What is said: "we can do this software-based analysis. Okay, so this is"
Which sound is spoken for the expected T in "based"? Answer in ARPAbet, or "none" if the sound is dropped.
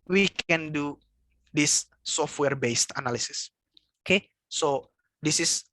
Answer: T